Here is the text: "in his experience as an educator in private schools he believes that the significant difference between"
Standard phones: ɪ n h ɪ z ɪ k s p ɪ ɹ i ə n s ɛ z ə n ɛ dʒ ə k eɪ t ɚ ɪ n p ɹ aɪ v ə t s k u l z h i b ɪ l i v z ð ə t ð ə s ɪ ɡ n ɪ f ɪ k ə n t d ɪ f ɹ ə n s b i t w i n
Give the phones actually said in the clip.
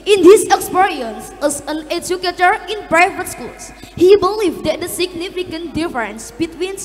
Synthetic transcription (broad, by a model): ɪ n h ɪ s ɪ k s p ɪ ɹ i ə n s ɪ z ə n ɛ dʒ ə k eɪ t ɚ ɪ n b ɹ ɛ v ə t s k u l s h i b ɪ l i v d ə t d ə s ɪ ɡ n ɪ f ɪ k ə n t d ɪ f ɹ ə n s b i t w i n